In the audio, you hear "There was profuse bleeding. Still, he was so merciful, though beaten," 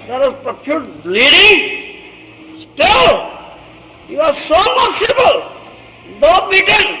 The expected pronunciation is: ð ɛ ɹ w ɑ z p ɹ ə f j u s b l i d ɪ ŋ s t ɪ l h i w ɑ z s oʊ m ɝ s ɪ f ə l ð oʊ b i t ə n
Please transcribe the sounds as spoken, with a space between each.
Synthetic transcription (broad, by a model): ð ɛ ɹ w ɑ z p ɹ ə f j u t l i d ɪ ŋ s t ɪ l h i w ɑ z s oʊ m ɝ s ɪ p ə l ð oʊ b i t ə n